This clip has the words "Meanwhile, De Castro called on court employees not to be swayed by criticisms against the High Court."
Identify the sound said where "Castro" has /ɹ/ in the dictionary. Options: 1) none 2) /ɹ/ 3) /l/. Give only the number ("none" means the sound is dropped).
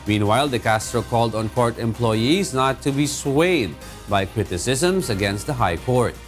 2